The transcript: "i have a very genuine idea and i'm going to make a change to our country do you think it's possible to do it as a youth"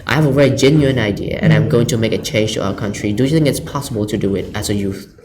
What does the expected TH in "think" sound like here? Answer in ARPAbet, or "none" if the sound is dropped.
TH